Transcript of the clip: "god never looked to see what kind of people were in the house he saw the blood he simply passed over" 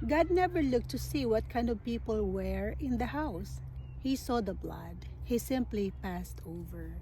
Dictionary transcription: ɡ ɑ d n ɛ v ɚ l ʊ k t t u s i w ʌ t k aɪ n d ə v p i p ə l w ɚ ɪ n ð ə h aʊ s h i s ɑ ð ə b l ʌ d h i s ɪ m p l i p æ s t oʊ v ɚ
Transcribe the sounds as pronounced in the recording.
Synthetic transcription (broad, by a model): ɡ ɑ d n ɛ v ɚ l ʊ k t t u s i w ʌ t k aɪ n d ə v p i p ə l w ɚ ɪ n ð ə h aʊ s h i s ɑ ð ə b l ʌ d h i s ɪ m p l i p æ s t oʊ v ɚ